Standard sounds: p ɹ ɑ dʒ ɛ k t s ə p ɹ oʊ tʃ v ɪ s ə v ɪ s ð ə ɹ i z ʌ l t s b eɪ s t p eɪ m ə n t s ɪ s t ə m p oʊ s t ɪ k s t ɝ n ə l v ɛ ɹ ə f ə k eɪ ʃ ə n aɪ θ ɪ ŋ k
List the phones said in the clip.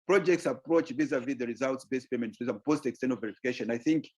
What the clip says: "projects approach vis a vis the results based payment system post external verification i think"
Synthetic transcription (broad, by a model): p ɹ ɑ dʒ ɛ k t s ə p ɹ oʊ tʃ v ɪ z ə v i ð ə ɹ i z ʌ l t s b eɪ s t p eɪ m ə n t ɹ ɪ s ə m p oʊ s t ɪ k s t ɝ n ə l v ɛ ɹ ə f ə k eɪ ʃ ə n aɪ θ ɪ ŋ k